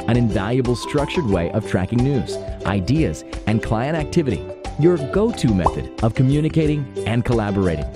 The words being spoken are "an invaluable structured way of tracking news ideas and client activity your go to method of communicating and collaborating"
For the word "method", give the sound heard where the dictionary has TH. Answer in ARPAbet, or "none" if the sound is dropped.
TH